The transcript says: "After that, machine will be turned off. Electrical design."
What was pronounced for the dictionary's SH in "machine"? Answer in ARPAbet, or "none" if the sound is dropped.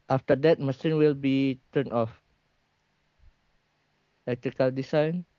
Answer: S